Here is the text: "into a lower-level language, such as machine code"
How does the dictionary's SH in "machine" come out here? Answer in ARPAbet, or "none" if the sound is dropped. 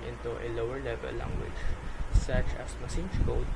S